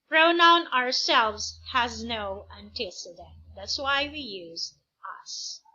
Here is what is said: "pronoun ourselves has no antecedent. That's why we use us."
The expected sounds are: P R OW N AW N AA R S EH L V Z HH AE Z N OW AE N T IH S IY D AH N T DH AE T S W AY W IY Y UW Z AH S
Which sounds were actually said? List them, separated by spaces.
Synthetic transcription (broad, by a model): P R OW N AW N AA R S EH L V Z HH AE Z N OW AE N T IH S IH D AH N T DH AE T S W AY W IY Y UW Z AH S